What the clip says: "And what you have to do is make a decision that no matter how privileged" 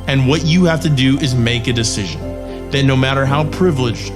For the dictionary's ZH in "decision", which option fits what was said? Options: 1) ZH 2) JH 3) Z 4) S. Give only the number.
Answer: 1